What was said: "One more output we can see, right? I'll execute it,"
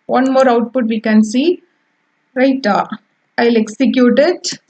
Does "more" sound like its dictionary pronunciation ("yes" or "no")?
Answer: yes